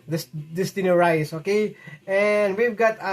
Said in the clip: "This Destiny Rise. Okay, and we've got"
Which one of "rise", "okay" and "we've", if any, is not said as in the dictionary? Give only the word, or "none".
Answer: rise